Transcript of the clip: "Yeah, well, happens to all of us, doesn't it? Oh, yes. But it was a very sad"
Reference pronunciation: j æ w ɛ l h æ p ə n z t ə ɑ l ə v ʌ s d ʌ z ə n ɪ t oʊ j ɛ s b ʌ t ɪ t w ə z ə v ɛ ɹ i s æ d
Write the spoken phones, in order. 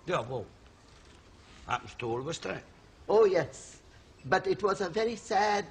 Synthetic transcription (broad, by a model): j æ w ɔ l h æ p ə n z t ə ɑ l ə v ʌ s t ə ɪ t oʊ j ɛ s b ʌ t ɪ t w ə z ə v ɛ ɹ i s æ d